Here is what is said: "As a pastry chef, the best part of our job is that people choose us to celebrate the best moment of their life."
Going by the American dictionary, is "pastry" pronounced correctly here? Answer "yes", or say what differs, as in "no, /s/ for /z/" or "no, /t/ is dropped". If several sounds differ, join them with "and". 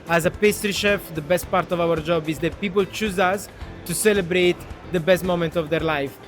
yes